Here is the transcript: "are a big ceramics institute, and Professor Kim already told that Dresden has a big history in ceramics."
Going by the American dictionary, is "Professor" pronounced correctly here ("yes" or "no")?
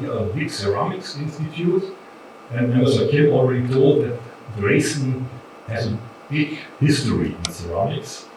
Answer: no